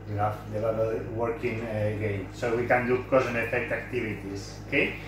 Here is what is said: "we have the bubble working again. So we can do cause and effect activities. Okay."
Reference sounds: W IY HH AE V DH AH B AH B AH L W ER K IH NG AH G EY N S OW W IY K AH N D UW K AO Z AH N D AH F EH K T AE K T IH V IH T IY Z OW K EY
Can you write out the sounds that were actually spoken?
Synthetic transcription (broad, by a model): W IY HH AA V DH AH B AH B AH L W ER K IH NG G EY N S OW W IY K AH N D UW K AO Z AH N AH F EH K T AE K T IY B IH T IY S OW K EY